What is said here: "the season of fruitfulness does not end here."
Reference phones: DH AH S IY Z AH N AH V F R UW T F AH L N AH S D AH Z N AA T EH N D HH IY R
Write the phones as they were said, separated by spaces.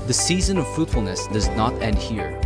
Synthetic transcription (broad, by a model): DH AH S IY Z AH N AH V F R UW T F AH L N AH S D AH Z N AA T EH N D HH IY R